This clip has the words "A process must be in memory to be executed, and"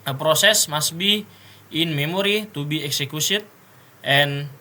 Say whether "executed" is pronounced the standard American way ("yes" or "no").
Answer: no